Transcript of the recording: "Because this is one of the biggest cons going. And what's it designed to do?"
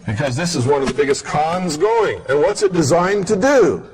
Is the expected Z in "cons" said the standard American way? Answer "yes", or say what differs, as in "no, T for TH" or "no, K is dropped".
yes